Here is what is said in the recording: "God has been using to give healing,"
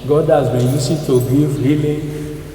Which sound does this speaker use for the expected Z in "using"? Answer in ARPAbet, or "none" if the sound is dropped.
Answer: S